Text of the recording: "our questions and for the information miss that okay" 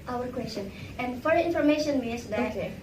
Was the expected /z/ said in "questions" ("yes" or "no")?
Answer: no